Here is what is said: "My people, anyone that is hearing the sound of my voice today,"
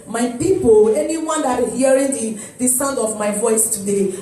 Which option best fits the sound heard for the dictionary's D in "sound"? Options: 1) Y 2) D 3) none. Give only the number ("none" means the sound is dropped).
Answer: 2